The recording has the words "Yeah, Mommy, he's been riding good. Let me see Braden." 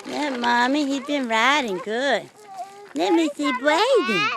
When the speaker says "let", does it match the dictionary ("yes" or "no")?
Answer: no